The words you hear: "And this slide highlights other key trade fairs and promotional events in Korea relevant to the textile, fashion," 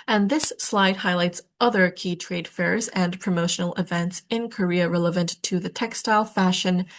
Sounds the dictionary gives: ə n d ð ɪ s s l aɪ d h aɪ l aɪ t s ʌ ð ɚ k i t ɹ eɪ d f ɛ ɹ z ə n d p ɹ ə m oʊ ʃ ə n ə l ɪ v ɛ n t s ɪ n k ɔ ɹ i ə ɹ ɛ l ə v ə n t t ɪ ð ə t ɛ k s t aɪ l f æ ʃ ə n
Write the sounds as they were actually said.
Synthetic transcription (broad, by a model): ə n ð ɪ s s l aɪ d h aɪ l aɪ t s ʌ ð ɚ k i t ɹ eɪ d f ɛ ɹ z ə n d p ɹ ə m oʊ ʃ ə n l ɪ v ɛ n t s ɪ n k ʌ ɹ i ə ɹ ɛ l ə v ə n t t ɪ ð ə t ɛ k s t aɪ l f æ ʃ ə n